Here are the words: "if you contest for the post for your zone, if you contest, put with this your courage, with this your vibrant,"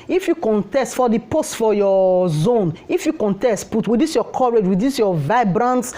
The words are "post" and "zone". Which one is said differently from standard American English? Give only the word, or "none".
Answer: none